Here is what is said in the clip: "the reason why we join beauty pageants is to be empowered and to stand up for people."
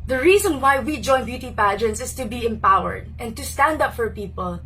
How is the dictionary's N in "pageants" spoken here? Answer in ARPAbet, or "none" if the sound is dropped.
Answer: N